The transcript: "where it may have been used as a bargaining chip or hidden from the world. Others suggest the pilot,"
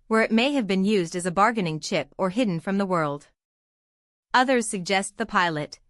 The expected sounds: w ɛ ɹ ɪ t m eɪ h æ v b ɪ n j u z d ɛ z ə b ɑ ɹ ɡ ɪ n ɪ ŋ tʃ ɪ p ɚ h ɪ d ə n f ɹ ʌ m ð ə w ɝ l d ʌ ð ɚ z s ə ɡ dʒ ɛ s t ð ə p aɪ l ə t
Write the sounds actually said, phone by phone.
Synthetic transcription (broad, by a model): w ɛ ɹ ɪ t m eɪ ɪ v b ɪ n j u z d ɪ z ə b ɑ ɹ ɡ ɪ n ɪ ŋ tʃ ɪ p ɚ h ɪ d n f ɹ ʌ m ð ə w ɝ l d ʌ ð ɚ z s ə ɡ dʒ ɛ s t ð ə p aɪ l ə t